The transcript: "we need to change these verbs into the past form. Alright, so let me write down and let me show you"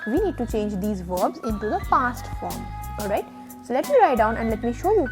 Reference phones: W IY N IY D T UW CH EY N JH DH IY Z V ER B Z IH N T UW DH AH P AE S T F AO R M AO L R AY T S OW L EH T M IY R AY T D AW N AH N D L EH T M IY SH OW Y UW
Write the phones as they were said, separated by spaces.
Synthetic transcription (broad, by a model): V IY N IY D T UW CH EY N JH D IY Z V ER B Z IH N T UW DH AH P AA S T F AO R M AO L R AY T S OW L EH T M IY R AY T D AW N AH N D L EH T M IY SH OW Y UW